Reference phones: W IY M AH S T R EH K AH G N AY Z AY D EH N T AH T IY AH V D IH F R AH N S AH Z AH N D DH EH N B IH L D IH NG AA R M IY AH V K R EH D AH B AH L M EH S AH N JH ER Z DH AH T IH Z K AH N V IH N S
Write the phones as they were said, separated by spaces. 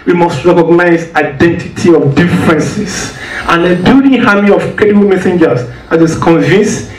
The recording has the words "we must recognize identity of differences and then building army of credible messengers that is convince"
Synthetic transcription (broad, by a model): W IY M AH S T R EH K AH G N AY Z AY D EH N T AH T IY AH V D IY F R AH N S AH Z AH N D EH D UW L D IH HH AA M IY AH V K EH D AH M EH S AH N JH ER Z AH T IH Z K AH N V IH N S